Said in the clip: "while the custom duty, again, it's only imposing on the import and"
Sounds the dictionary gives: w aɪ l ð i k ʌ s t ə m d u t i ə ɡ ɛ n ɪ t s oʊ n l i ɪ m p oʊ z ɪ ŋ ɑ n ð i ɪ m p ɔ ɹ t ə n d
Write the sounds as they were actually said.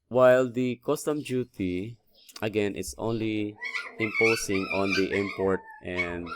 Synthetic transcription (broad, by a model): w aɪ l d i k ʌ s t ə m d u t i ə ɡ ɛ n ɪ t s oʊ n l i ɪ m p oʊ s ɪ ŋ ɑ n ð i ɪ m p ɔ ɹ t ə n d